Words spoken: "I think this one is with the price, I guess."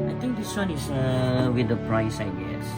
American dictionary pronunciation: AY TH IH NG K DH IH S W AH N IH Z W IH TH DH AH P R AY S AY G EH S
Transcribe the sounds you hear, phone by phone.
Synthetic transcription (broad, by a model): AY T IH NG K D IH S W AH N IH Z W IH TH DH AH P R AY S AY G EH S